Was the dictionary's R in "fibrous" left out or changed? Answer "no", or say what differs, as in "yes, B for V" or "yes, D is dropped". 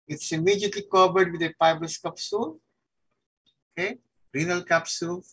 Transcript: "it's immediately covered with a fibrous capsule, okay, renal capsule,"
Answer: yes, R is dropped